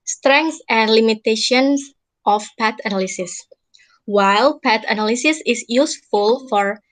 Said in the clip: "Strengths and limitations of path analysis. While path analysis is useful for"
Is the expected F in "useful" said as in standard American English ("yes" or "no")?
yes